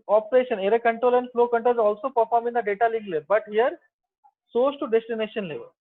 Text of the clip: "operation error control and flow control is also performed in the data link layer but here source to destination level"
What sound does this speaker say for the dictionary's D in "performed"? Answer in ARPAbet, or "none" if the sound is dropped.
none